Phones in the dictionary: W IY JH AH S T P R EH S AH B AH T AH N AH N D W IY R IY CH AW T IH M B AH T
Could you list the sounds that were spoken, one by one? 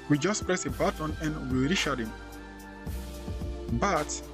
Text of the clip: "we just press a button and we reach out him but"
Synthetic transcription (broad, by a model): W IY JH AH S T P R EH S AH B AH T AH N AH N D W IY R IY SH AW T IH M B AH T